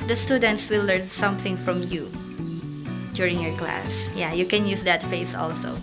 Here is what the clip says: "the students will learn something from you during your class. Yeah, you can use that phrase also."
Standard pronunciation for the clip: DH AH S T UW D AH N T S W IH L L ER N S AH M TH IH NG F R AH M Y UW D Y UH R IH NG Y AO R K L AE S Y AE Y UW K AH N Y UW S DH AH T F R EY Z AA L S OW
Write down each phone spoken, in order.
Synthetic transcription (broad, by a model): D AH S T UW D AH N T S W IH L L ER N S AH M TH IH NG F R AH M Y UW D Y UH R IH NG Y AO R K L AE S Y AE Y UW K AH N Y UW S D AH T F EY S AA L S OW